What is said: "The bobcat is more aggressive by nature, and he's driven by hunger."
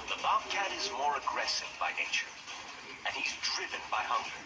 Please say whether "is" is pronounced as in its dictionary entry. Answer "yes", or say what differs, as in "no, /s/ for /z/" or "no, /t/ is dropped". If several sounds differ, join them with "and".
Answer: yes